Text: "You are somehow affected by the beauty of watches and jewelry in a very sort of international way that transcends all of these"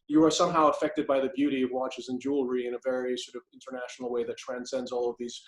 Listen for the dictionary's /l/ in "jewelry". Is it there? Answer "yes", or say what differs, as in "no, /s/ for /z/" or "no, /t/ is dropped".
yes